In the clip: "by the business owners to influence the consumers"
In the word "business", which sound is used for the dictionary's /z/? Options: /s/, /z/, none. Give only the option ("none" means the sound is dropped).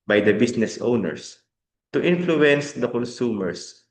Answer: /s/